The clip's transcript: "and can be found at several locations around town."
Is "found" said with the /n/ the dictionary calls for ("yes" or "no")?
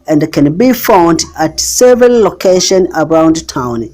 yes